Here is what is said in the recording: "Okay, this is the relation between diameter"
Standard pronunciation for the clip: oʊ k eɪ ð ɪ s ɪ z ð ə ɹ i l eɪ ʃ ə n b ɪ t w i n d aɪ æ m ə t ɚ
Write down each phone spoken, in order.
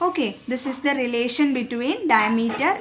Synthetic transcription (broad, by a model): oʊ k eɪ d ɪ s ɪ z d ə ɹ i l eɪ ʃ ə n b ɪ t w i n d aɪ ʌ m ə t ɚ